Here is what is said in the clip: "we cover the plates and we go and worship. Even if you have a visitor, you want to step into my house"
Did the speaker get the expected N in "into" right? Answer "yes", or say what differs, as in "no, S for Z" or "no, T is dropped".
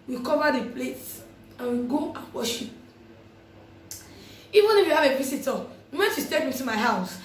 no, N is dropped